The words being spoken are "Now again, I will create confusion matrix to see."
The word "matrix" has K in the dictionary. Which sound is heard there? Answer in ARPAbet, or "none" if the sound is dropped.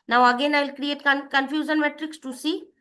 K